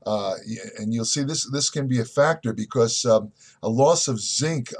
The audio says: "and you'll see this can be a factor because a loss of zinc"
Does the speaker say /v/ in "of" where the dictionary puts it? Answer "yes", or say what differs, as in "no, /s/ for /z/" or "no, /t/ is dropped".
yes